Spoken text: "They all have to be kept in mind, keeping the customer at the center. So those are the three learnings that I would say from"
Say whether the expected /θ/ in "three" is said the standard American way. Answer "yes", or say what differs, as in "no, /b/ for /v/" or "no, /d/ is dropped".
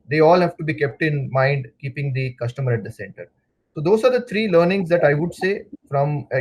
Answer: no, /t/ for /θ/